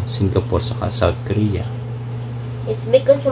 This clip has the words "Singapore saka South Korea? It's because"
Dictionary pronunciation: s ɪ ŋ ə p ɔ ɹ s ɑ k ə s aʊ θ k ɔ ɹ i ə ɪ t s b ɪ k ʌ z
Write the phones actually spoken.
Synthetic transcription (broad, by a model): s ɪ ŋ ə p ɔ ɹ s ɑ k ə s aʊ t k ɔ ɹ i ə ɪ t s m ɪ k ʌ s